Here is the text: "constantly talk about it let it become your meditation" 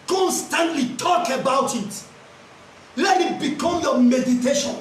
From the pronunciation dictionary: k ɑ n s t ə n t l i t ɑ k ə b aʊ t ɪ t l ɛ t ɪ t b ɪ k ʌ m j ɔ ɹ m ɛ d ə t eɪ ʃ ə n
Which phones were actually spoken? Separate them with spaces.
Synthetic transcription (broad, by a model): k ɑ n s t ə n t l i t ɑ k ə b aʊ t ɪ t l ɛ t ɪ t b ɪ k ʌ m j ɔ m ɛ d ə t eɪ ʃ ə n